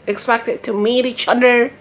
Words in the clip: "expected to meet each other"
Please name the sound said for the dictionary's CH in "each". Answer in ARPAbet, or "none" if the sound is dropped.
CH